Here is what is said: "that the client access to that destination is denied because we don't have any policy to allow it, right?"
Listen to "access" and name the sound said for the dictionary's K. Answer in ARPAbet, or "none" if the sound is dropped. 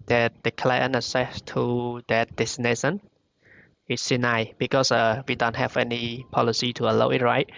none